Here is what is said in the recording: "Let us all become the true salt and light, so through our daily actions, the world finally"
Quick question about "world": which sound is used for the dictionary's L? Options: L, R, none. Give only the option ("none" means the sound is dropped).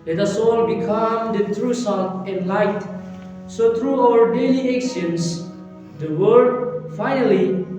none